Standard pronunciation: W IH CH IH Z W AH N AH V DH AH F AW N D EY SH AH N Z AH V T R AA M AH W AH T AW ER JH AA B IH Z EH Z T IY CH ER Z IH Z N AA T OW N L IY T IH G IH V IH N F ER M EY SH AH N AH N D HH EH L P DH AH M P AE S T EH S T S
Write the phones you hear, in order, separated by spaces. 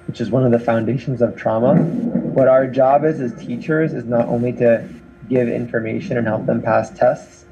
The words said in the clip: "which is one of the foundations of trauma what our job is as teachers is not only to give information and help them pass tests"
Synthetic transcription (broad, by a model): W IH CH IH Z W AH N AH V DH AH F AW N D EY SH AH N Z AH V T R AA M AH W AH T AW ER JH AA B IH Z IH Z T IY CH ER Z IH Z N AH T OW N L IY T IH G IH V IH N F ER M EY SH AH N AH N HH EH L P DH AH M P AE S T EH S T S